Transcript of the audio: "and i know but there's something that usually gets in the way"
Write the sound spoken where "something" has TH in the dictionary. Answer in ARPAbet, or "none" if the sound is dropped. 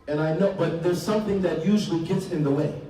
TH